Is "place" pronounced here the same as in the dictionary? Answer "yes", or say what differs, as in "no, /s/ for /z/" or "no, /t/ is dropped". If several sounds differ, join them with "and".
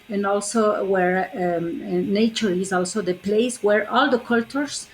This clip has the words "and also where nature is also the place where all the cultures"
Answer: yes